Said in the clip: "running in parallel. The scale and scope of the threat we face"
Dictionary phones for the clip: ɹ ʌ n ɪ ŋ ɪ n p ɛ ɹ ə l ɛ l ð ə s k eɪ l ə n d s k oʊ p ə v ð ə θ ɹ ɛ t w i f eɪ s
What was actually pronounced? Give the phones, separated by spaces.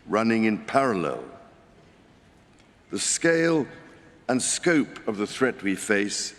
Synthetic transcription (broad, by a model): ɹ ʌ n ɪ ŋ ɪ n p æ ɹ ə l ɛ l ð ə s k eɪ l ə n s k oʊ p ə v ð ə θ ɹ ɛ t w i f eɪ s